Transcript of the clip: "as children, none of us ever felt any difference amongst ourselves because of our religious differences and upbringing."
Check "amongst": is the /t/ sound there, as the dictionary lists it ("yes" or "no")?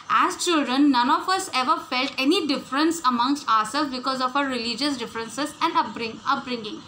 yes